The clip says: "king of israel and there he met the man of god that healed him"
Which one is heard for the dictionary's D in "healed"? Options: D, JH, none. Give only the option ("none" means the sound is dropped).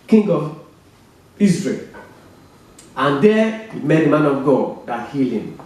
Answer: none